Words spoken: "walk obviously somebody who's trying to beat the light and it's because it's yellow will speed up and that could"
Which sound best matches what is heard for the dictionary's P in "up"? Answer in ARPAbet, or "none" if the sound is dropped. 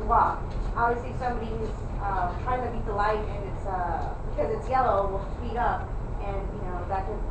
P